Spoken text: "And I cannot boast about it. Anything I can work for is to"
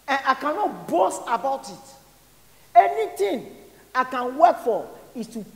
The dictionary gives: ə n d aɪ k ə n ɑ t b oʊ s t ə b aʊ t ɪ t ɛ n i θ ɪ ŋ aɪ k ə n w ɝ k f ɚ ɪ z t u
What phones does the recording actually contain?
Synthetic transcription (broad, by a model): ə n aɪ k ə n ɑ t b oʊ s t ə b aʊ t ɪ t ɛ n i t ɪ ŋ aɪ k ə n w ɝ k f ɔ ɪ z t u